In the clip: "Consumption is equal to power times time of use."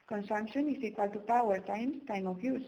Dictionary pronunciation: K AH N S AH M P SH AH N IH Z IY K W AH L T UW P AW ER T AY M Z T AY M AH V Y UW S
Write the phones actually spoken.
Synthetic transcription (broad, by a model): K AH N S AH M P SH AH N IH S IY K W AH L T UW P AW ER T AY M S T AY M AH F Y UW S